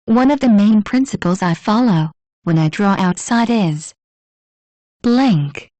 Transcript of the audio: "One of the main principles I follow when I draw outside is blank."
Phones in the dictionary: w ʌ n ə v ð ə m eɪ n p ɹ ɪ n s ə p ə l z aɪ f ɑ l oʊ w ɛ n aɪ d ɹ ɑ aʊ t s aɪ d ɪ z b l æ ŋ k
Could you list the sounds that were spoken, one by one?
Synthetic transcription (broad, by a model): w ʌ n ə v ð ə m eɪ n p ɹ ɪ n s ə p ə l z aɪ f ɑ l oʊ w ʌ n aɪ d ɹ ɑ aʊ t s aɪ d ɪ z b l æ ŋ k